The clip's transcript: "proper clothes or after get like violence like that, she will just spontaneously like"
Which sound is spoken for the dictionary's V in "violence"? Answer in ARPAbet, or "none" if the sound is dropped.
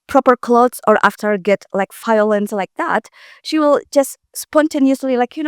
F